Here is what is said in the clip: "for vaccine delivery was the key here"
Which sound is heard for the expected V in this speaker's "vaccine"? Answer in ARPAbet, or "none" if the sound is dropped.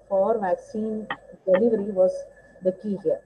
V